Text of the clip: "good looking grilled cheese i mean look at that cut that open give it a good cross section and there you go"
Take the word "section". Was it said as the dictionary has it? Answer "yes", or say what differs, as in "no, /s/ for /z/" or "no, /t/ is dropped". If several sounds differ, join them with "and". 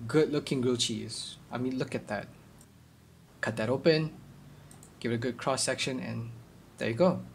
yes